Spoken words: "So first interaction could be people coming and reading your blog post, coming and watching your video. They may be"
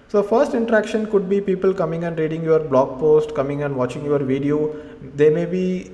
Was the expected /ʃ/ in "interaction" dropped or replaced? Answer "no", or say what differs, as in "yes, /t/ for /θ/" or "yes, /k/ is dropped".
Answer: no